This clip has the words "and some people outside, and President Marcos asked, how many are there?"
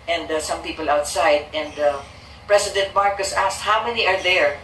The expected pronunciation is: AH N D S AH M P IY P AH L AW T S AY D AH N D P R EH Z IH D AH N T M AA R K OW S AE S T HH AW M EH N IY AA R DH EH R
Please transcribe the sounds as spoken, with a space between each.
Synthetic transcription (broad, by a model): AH N D S AH M P IY P AH L AW T S AY D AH N D P R EH S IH D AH N T M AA R K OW S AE S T HH AW M EH N IY AA R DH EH R